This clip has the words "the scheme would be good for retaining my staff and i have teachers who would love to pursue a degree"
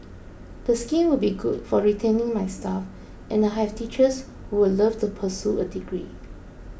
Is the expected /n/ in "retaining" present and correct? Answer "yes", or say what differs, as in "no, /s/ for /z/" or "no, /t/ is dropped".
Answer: yes